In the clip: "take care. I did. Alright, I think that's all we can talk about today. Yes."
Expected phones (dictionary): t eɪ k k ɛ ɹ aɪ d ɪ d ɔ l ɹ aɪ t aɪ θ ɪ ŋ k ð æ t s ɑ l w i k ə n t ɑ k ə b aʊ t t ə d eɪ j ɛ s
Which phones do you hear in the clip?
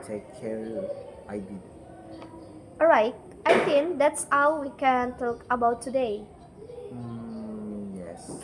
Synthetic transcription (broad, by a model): t eɪ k k ɛ ɹ aɪ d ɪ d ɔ ɹ aɪ t aɪ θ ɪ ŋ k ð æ t s ɑ w w i k ə n t ɑ k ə b aʊ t t ə d eɪ j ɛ s